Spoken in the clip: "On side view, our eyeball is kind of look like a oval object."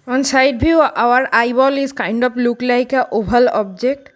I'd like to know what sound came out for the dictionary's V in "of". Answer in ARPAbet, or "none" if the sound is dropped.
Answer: P